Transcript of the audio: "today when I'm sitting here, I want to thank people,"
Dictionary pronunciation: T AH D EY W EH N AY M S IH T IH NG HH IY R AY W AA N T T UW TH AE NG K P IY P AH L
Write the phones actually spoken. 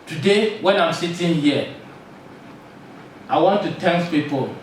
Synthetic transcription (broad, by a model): T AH D EY W EH N AY M S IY T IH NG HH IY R AY W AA N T T UW T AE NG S P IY P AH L